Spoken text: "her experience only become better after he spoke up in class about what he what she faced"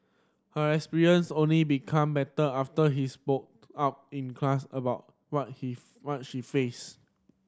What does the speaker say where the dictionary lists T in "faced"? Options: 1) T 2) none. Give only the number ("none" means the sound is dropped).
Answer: 2